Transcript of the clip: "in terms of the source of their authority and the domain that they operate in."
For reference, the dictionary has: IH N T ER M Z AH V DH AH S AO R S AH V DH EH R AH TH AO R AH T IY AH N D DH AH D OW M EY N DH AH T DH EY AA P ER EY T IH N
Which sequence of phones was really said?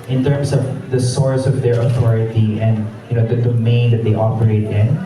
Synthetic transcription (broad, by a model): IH N T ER M S AH V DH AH S AO R S AH V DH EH R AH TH AO R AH T IY AH N D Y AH D OW M EY N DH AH T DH EY AA P ER EY T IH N